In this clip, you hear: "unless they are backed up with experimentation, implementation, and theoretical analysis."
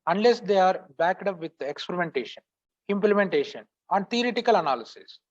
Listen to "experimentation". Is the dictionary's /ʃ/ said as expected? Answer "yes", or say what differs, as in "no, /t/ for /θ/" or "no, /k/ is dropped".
yes